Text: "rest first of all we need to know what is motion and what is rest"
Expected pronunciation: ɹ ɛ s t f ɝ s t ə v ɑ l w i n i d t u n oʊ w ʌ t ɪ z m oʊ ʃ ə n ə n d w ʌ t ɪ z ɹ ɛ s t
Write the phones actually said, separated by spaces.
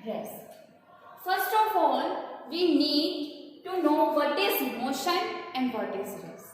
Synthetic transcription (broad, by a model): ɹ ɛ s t f ɝ s t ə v ɑ l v i n i d t u n oʊ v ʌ t ɪ z m oʊ ʃ ə n ə n d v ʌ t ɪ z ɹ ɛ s